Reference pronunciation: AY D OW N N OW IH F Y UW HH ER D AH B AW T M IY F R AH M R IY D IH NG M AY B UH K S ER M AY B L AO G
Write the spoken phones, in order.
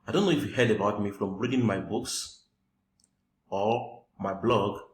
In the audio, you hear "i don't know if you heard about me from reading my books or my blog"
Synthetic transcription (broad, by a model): AY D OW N N OW IH F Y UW HH ER D AH B AW T M IY F R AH M R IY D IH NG M AY B UH K S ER M AY B L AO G